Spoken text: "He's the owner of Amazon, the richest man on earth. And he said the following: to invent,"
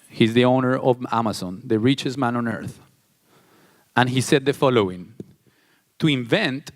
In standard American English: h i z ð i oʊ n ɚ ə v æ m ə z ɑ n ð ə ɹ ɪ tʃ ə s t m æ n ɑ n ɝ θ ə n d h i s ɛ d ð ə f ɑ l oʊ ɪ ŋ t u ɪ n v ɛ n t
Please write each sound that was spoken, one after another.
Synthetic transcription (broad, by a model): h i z ð i oʊ n ɚ ə v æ m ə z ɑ n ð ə ɹ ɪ tʃ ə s m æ n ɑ n ɝ θ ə n h i s ɛ d ð ə f ɑ l oʊ ɪ ŋ t u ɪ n v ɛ n t